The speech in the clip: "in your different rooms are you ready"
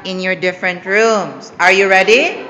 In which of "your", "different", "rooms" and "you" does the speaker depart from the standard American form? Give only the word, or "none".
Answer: rooms